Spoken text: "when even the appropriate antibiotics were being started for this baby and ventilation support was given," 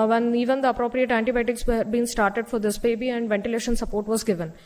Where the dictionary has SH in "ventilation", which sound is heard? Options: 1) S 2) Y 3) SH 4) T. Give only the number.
3